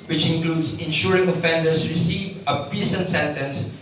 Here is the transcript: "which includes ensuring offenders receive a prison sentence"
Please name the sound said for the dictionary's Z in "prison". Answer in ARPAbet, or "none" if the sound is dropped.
S